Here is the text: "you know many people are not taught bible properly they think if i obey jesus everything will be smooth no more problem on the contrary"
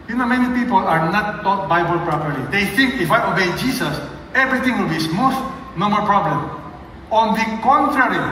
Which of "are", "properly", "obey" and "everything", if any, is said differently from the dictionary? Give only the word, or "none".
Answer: everything